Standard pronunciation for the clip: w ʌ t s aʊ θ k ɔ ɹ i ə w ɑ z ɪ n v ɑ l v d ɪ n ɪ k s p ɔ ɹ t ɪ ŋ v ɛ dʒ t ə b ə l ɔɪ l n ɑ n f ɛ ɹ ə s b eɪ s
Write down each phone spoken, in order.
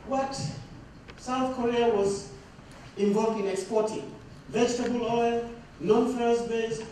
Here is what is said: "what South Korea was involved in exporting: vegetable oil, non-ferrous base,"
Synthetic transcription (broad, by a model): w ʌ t s aʊ θ k ɔ ɹ i ə w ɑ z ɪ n v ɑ l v d ɪ n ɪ k s p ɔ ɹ t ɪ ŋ v ɛ dʒ t ə b ə l ɔɪ l n ɑ n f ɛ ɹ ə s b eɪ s